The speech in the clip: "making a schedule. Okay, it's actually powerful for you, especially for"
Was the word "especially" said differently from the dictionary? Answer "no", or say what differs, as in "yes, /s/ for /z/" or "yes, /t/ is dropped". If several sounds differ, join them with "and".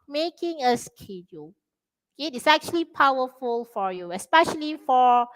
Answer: no